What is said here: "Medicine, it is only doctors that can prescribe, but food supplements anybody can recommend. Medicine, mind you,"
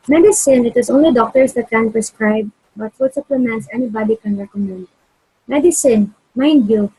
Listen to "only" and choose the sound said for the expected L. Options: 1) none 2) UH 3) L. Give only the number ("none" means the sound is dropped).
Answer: 3